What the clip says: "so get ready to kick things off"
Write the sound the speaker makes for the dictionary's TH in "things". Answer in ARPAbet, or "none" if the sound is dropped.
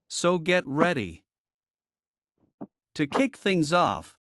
TH